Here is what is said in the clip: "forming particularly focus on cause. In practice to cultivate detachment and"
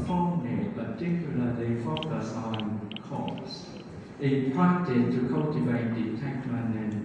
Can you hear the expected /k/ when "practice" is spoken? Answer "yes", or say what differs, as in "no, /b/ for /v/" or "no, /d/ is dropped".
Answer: no, /k/ is dropped